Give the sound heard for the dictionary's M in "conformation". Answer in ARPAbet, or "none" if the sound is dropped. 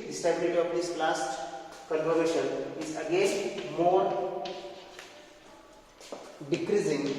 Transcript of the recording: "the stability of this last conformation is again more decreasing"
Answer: none